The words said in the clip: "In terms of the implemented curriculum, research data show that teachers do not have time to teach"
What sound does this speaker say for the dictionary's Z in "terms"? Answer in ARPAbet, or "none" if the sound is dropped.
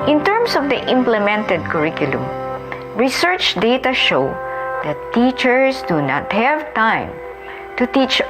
S